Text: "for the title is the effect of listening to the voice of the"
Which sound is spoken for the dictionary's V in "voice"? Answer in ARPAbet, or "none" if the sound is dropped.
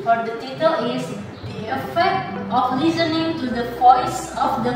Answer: P